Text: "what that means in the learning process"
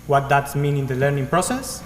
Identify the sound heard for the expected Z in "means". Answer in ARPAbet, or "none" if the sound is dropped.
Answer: none